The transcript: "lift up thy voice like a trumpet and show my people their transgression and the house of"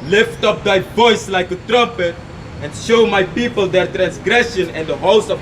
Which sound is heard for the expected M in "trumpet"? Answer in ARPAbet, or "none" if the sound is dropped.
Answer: M